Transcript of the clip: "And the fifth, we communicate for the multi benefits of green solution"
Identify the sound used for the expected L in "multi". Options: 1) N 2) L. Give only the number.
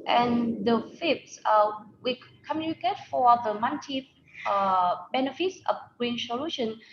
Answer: 1